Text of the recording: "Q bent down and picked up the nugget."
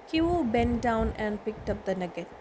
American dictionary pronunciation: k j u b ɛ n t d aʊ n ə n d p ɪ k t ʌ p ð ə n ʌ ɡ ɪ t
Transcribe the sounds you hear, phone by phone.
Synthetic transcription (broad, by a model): k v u b ɛ n t d aʊ n ə n d p ɪ k t ʌ p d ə n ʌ ɡ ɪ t